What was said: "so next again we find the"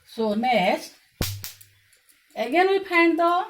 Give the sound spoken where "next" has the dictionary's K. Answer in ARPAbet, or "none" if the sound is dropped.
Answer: none